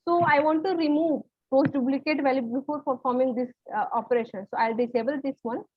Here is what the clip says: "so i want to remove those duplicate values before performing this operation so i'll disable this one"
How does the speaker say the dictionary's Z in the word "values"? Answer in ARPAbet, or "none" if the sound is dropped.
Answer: none